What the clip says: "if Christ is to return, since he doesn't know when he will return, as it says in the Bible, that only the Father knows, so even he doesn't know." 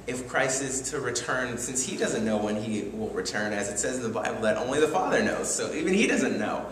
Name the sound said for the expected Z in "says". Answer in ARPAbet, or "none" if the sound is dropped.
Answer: Z